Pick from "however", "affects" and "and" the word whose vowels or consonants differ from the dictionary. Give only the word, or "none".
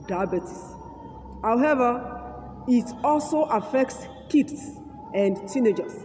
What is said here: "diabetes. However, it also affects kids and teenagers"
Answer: none